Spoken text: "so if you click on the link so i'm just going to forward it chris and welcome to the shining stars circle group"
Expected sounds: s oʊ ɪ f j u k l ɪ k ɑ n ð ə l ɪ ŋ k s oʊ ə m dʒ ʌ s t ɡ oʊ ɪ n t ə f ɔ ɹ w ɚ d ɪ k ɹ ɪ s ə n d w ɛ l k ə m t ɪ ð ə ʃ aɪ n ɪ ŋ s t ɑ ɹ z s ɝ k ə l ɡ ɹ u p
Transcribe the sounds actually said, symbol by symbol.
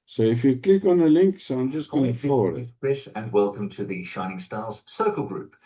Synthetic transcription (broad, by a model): s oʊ ɪ f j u k l ɪ k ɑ n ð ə l ɪ ŋ k s oʊ ə m dʒ ʌ s t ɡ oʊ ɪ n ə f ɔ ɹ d ɪ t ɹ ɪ s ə n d w ɛ l k ə m t ɪ ð ə ʃ aɪ n ɪ ŋ s t ɑ l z s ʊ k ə l ɡ ɹ u p